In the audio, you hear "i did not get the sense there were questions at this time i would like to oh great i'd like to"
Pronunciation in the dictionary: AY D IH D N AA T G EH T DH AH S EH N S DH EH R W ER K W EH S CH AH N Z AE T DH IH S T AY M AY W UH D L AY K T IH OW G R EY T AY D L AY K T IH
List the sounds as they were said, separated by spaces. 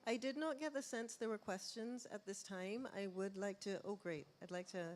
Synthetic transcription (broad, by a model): AY D IH D N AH T G EH T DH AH S EH N S DH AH R W ER K W EH S CH AH N Z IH T DH IH S T AY M AY W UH D L AY K T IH OW G R EY T AY D L AY K T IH